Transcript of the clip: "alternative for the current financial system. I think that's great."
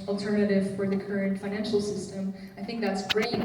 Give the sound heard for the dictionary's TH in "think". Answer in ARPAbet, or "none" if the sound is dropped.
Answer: TH